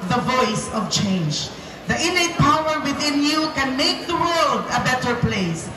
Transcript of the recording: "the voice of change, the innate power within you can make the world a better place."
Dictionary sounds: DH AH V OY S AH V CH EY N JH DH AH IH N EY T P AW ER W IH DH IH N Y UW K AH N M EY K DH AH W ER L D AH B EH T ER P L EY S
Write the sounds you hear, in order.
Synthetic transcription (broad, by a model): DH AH V OY S AH V CH EY N JH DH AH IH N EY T P AW ER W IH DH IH N Y UW K AH N M EY K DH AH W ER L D AH B EH T ER P L EY S